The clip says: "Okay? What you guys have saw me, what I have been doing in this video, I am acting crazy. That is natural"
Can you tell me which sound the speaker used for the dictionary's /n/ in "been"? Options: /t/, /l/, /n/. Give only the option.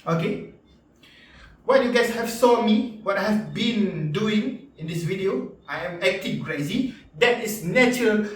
/n/